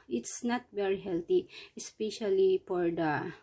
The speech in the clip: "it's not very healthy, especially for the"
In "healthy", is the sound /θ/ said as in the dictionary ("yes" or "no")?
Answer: no